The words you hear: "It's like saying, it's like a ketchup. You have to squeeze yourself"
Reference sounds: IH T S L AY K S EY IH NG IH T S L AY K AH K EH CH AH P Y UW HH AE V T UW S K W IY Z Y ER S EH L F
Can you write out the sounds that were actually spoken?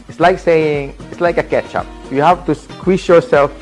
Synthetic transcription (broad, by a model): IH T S L AY K S EY IH NG IH T S L AY K AH K EH CH AH P Y UW HH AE F T UW S K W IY S Y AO S EH L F